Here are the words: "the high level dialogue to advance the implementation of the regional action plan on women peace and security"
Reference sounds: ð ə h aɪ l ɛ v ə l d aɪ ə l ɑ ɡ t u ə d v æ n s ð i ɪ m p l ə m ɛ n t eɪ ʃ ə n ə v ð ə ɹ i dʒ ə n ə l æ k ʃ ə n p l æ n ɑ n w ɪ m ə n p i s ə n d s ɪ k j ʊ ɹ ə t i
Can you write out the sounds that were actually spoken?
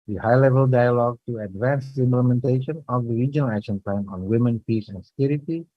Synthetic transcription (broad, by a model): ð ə h aɪ l ɛ v ə l d aɪ ə l ɑ ɡ t u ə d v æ n s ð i ɪ m p l ə m ɛ n t eɪ ʃ ə n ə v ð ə ɹ i dʒ ə n ə l æ k ʃ ə n p l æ n ɑ n w ɪ m ə n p i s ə n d s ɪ k j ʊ ɹ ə t i